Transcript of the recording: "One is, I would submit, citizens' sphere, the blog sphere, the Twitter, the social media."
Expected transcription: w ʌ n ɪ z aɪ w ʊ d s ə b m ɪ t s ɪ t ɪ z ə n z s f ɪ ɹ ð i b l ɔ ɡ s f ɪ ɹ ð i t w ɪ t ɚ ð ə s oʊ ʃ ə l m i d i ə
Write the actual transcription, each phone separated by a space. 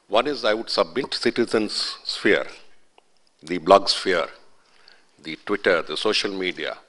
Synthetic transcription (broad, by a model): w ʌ n ɪ z aɪ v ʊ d s ə b m ɪ t s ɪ t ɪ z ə n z s f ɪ ɹ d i b l ɔ ɡ s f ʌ ɹ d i t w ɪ t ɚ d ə s oʊ ʃ ə l m i d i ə